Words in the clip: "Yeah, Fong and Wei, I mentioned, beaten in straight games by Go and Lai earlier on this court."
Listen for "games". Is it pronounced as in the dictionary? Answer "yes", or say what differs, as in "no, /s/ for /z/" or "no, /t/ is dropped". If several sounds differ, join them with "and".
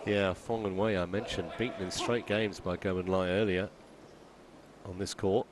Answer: yes